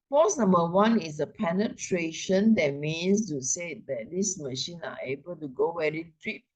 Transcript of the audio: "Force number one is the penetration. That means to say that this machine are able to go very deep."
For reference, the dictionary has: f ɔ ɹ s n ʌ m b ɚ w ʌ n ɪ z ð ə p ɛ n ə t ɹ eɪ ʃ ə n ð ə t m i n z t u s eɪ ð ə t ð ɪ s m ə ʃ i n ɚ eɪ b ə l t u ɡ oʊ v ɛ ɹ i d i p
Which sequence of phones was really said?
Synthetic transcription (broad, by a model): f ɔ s n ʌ m b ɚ w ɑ n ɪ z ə p ɛ n ə t ɹ eɪ ʃ ə n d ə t m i n s t u s eɪ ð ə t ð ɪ s m ə ʃ i n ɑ eɪ b ə l t u ɡ oʊ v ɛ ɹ i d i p